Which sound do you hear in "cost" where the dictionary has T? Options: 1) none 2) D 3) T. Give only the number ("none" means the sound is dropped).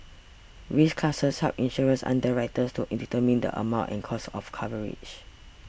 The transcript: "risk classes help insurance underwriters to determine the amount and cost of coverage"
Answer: 1